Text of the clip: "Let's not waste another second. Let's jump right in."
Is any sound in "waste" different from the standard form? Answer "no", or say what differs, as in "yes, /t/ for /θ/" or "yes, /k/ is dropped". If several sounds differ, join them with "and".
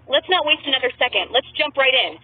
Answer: no